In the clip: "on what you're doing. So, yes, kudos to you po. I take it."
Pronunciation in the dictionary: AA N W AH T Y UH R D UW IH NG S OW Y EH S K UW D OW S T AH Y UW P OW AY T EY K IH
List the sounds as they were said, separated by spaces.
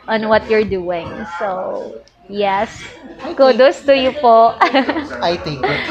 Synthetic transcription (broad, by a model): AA N W AH T Y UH R D UW IH NG S OW Y EH S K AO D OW S T AH Y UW P OW AY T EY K